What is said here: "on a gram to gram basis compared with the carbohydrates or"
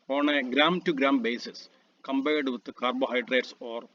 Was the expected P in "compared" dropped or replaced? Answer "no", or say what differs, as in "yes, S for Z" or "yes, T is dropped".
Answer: yes, B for P